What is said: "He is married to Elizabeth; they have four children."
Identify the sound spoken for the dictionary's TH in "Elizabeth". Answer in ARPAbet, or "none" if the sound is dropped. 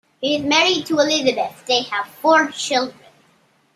TH